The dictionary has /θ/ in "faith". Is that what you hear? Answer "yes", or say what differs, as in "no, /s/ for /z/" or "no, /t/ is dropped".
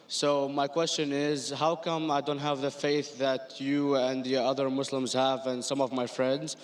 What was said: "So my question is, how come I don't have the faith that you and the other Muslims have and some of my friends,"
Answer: yes